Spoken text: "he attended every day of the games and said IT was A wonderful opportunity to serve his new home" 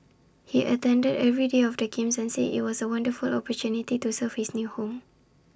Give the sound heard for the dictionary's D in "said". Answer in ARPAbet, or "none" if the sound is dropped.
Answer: none